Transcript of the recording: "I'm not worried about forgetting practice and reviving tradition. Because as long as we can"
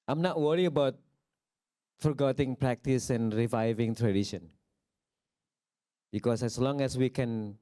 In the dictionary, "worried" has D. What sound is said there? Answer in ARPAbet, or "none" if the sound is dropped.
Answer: none